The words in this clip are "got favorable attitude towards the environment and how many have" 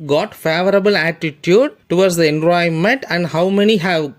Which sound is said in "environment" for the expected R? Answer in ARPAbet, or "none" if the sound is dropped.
none